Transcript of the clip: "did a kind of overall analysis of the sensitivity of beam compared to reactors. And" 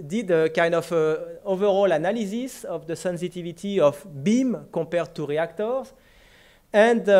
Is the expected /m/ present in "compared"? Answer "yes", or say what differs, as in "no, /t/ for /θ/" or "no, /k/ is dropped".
no, /m/ is dropped